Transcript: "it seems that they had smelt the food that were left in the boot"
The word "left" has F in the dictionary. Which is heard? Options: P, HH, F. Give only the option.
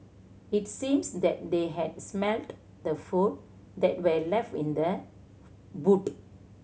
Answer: F